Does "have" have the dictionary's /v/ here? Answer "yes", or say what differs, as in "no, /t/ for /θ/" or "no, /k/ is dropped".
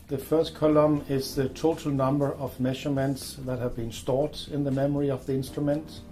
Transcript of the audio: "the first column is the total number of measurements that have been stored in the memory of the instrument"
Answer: yes